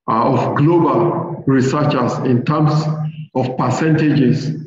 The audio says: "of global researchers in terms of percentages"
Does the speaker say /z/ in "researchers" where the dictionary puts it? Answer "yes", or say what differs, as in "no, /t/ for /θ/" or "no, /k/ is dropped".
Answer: no, /s/ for /z/